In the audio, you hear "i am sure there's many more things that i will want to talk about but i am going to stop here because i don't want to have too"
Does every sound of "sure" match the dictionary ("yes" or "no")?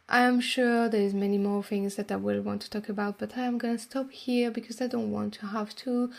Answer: yes